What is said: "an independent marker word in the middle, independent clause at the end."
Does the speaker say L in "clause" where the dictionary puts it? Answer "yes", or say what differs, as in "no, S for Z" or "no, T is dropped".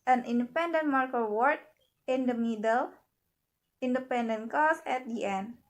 no, L is dropped